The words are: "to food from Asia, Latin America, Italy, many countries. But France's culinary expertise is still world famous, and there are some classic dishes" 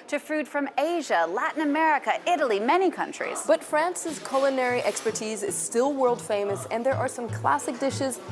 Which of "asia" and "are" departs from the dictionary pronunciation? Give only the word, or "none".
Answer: none